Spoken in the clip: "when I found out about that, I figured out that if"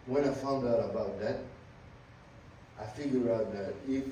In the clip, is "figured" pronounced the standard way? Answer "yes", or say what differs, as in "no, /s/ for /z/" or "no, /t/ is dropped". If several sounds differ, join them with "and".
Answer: no, /d/ is dropped